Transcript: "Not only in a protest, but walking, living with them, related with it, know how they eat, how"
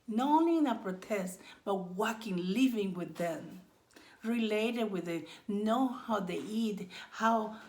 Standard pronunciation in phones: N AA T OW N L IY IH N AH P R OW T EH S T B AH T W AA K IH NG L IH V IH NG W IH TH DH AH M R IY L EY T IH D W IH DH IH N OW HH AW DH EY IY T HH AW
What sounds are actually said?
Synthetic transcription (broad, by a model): N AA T OW N L IY IH N AH P R OW T EH S T B AH T W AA K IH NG L IH V IH NG W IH DH AH M R IY L EY T IH D W IH DH IH N OW HH AW DH EY IY T HH AW